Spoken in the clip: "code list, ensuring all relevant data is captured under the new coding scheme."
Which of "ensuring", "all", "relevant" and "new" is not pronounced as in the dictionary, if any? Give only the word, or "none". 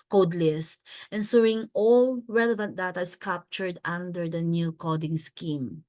ensuring